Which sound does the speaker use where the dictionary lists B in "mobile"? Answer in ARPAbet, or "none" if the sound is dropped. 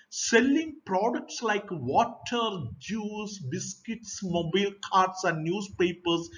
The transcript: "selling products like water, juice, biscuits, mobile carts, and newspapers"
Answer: B